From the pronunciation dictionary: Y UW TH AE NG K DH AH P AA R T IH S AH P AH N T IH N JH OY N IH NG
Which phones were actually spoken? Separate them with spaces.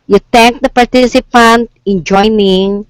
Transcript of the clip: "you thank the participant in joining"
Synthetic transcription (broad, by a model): Y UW T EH NG K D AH P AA R T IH S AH P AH N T IH N JH OY N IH NG